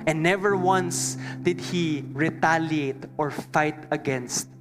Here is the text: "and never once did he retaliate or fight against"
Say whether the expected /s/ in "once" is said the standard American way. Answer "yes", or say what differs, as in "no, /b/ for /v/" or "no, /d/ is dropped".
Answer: yes